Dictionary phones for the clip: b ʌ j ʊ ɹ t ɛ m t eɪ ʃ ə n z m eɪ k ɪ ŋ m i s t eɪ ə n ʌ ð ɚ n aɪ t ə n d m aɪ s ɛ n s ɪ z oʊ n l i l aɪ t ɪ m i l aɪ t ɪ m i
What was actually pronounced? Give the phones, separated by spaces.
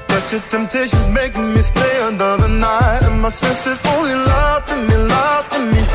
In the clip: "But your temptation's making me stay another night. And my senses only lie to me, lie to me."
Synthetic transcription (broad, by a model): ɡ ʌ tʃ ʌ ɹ t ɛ m t eɪ ʃ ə n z m eɪ k ɪ ŋ m i s t eɪ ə n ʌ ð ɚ n aɪ t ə n m aɪ s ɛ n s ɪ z oʊ n l i l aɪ t ɪ m i l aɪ t ɪ m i